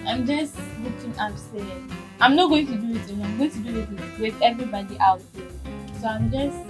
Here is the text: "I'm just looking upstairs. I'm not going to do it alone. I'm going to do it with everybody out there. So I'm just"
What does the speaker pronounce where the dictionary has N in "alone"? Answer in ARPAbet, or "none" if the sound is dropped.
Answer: none